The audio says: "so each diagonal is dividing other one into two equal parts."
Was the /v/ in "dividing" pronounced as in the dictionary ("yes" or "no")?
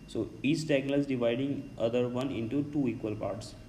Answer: yes